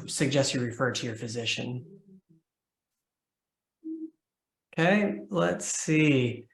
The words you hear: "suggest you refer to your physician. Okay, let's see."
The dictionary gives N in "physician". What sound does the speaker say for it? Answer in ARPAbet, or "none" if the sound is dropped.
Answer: N